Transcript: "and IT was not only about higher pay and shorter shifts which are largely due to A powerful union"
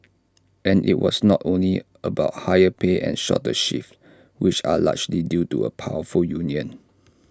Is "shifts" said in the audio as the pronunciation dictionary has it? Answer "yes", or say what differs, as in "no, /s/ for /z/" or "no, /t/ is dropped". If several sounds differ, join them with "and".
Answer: no, /s/ is dropped